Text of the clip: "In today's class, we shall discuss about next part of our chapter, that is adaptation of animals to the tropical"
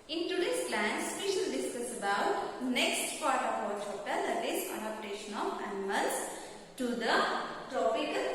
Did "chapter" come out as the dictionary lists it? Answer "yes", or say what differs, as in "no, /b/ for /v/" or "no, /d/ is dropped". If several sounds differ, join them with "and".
no, /p/ is dropped